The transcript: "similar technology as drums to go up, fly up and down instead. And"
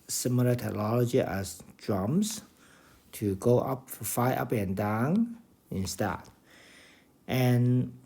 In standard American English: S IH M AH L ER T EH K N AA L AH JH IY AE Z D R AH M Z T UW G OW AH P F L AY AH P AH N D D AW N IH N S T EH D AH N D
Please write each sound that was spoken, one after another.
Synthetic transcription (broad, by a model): S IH M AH L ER T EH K N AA L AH JH IY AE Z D R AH M S T UW G OW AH P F AY AH P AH N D D AW N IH N S T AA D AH N